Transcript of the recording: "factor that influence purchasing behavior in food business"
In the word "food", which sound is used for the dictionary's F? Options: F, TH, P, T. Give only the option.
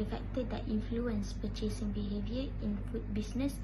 P